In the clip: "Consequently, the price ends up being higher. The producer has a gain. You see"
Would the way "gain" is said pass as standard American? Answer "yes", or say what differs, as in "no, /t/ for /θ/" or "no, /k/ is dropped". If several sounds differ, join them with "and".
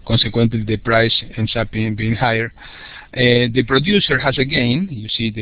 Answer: yes